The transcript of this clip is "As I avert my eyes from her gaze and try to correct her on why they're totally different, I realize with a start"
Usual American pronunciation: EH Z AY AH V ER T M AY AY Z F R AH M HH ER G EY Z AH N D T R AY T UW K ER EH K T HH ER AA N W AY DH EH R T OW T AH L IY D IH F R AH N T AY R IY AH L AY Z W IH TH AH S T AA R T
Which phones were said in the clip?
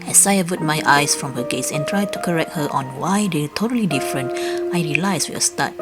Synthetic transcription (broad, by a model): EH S AY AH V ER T M AY AY S F R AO M HH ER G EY S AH N T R AY T UW K ER EH K T HH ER AA N W AY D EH T OW T AH L IY D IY F R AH N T AY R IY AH L AY S W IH AH S T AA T